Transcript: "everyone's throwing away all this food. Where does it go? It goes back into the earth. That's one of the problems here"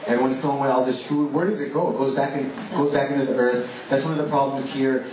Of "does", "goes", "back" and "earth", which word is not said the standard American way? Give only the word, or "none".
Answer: none